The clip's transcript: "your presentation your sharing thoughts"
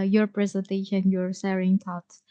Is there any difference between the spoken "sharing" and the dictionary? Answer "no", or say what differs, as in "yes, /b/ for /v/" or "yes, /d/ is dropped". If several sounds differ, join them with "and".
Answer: yes, /s/ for /ʃ/